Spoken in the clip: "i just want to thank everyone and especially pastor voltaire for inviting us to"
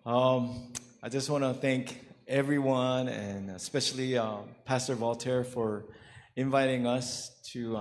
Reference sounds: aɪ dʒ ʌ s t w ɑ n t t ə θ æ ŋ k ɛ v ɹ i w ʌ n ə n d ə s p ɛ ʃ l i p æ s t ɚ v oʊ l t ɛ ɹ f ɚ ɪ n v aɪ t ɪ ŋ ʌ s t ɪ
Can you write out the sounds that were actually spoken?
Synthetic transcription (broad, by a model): aɪ dʒ ʌ s t w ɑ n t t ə θ æ ŋ k ɛ v ɹ i w ʌ n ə n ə s p ɛ ʃ l i p æ s t ɚ v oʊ l t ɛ ɹ f ɚ ɪ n v aɪ t ɪ ŋ ʌ s t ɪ